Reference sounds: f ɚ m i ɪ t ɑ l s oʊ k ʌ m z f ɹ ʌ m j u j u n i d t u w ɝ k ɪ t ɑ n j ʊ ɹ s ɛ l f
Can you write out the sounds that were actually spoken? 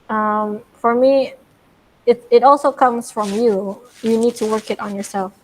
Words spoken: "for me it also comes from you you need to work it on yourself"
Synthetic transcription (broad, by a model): f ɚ m i ɪ t ɑ l s oʊ k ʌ m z f ɹ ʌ m j u j u n i d t u w ɝ k ɪ t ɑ n j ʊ ɹ s ɛ l f